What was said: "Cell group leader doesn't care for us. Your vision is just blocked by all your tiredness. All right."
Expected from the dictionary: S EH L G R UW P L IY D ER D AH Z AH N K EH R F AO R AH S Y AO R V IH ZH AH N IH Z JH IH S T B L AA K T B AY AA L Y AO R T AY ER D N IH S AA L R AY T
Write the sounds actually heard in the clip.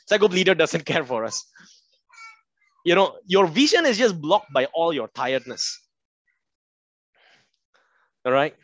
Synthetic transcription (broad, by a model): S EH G UW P L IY D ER D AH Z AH N K EH R F AO R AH S Y AO R V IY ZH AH N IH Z JH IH S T B L AA K T B AY AA L Y AO R T AY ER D N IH S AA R AY T